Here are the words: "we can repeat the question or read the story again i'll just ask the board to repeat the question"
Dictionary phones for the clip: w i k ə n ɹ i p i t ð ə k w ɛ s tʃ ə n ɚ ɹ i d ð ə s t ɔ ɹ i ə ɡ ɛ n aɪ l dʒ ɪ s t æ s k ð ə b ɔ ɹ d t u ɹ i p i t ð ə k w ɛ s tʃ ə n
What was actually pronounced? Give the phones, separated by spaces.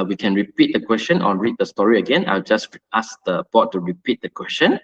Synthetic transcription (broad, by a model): w i k ə n ɹ i p i t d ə k w ɛ s tʃ ə n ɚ ɹ i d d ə s t ɔ ɹ i ə ɡ ɛ n aɪ l dʒ ɪ s t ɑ s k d ə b ɔ t u ɹ i p i t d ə k w ɛ s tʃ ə n